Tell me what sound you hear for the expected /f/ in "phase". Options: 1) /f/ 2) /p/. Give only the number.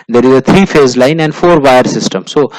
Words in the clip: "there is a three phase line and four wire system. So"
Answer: 1